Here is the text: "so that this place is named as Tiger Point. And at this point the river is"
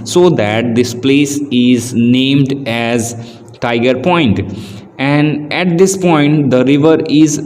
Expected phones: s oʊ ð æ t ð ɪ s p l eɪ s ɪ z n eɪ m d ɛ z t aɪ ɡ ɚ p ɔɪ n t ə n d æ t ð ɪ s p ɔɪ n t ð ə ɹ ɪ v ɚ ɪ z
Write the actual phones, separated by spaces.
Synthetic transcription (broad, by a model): s oʊ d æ t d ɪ s p l eɪ s ɪ z n eɪ m d ɛ z t aɪ ɡ ɚ p ɔɪ n t ə n d æ t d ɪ s p ɔɪ n t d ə ɹ ɪ v ɚ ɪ z